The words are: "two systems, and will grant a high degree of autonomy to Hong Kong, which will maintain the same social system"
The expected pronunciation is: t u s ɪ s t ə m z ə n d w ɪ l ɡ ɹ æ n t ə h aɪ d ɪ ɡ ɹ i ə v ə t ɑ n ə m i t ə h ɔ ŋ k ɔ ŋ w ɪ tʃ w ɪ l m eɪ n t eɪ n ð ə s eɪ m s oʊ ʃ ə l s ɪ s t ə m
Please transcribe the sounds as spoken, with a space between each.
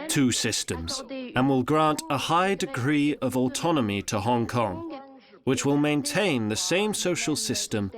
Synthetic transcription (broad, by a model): t u s ɪ s t ə m z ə n w ɪ l ɡ ɹ æ n t ə h aɪ d ɪ ɡ ɹ i ə v ə t ɑ n ə m i t ə h ɔ ŋ k ɔ ŋ w ɪ tʃ w ɪ l m eɪ n t eɪ n ð ə s eɪ m s oʊ ʃ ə l s ɪ s t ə m